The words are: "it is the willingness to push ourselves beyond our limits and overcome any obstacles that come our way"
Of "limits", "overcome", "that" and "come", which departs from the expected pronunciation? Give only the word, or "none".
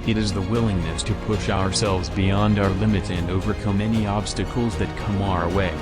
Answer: limits